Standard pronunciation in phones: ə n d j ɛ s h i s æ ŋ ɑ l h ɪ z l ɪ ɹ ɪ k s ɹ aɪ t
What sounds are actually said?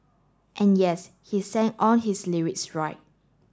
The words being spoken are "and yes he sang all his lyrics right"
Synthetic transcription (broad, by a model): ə n j ɛ s h i s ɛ ŋ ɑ n h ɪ s l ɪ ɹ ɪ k s ɹ aɪ t